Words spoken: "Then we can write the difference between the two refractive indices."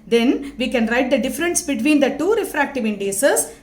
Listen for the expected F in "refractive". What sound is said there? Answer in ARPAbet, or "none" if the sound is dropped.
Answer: F